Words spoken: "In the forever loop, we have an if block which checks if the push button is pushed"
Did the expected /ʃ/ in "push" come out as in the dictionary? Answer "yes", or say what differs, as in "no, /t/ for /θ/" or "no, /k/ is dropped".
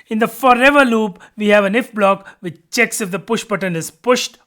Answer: yes